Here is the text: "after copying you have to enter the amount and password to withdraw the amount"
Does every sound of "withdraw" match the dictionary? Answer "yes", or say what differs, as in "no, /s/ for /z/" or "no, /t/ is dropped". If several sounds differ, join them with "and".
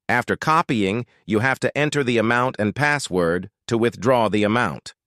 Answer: yes